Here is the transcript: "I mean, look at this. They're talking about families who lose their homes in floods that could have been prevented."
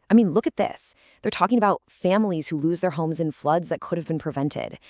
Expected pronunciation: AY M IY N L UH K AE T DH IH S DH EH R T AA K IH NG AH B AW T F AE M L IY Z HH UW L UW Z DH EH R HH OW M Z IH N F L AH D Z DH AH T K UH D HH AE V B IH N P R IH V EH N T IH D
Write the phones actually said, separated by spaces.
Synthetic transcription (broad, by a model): AY M IY N L UH K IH T DH IH S DH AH R T AA K IH NG AH B AW T F AE M L IY Z HH UW L UW Z DH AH R HH OW M Z IH N F L AH D Z DH AH T K UH D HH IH V B IH N P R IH V EH N T IH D